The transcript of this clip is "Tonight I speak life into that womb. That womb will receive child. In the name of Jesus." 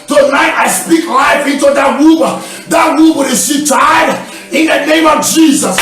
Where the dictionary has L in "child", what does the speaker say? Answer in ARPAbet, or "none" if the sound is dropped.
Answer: none